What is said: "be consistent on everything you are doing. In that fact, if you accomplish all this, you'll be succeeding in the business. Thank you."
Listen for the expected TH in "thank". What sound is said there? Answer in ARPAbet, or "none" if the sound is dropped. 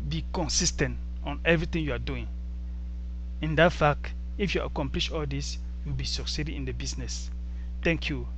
T